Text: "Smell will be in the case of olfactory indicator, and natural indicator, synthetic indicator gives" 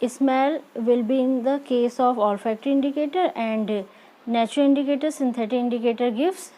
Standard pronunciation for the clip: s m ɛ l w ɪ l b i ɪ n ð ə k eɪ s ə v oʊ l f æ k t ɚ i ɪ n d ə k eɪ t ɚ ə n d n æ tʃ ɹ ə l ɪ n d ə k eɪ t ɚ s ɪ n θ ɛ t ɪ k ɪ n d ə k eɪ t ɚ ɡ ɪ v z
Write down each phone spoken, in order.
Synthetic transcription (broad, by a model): s m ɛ l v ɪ l b i ɪ n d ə k eɪ s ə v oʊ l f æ k t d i ɪ n d ə k eɪ t ɚ ə n d n æ tʃ ɹ ə l ɪ n d ə k eɪ t ɚ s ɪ n t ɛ t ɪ ɪ n d ə k eɪ t ɚ ɡ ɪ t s